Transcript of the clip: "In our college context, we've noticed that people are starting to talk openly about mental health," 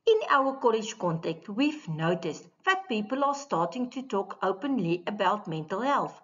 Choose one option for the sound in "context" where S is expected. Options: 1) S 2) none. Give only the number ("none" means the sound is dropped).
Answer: 2